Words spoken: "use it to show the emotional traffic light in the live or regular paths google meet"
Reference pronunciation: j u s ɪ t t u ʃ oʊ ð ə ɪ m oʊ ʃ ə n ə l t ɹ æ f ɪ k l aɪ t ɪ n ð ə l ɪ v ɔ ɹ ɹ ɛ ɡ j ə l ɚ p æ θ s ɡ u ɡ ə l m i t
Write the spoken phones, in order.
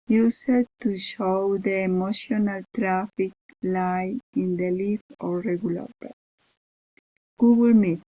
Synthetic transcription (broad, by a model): j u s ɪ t t u ʃ oʊ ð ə m oʊ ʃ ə n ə l t ɹ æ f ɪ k l aɪ ɪ n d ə l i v ɔ ɹ ɹ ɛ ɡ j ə l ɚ b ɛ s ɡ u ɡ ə l m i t